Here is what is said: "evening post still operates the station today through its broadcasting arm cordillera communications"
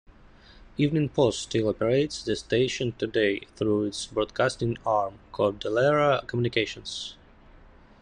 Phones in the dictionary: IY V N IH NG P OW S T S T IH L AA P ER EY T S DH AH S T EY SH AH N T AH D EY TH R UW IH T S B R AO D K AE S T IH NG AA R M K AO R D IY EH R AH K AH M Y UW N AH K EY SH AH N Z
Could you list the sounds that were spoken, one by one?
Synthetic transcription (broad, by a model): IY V N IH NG P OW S S T IH L AA P ER EY T S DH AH S T EY SH AH N T AH D EY TH R UW IH T S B R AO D K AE S T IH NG AA R M K AO L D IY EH R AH K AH M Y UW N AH K EY SH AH N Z